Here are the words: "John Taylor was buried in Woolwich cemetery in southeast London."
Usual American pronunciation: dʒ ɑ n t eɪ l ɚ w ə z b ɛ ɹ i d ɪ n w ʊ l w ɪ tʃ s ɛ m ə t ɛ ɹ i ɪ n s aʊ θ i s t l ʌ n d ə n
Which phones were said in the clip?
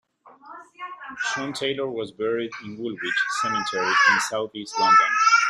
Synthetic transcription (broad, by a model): ʃ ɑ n t eɪ l ɚ w ə z b ɛ ɹ i d ɪ n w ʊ l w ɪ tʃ s ɛ m ə t ɛ ɹ i ɪ n s aʊ θ i s t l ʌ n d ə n